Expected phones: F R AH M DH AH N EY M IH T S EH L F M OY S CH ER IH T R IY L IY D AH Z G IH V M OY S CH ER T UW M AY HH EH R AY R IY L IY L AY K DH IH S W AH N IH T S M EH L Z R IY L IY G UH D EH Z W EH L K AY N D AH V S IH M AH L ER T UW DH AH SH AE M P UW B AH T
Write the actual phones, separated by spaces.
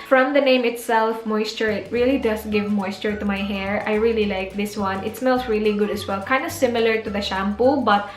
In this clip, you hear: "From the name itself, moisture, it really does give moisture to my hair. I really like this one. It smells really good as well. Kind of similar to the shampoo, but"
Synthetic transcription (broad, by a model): F R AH M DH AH N EY M IH T S EH L F M OY S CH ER IH T R IY L IY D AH S G IH V M OY S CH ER T UW M AY HH EH R AY R IY L IY L AY K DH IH S W AH N IH T S M EH L S R IY L IY G UH D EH S W EH L K AY N D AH S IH M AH L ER T UW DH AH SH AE M P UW B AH T